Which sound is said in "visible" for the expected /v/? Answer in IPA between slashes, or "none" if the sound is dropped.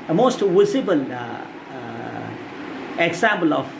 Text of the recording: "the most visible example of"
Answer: /w/